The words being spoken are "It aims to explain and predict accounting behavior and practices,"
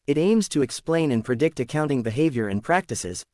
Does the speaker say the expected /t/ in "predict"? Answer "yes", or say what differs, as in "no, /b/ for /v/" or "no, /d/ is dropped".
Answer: yes